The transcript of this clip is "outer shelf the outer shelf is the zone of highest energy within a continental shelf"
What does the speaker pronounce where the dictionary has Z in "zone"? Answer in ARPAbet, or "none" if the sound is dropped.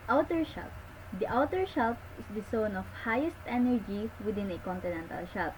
S